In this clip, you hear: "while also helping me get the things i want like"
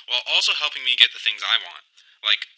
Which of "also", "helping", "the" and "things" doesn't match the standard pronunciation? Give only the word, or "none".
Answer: none